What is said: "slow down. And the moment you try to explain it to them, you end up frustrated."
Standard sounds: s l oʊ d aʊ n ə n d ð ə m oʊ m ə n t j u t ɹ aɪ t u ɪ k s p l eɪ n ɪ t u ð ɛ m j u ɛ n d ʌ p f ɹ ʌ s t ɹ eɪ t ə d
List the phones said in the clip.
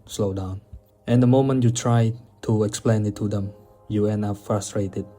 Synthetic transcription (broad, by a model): s l oʊ d aʊ n ə n d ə m oʊ m ə n t j u t ɹ aɪ t u ɪ k s p l eɪ n ɪ t u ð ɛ m j u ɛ n ʌ f ɹ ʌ s t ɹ eɪ t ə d